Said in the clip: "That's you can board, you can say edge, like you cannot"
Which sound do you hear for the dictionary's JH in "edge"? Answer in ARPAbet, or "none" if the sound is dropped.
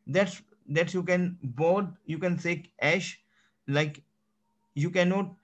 SH